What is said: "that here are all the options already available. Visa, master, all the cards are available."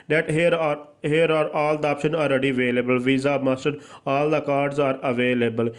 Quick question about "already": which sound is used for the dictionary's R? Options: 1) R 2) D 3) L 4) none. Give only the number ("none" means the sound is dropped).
1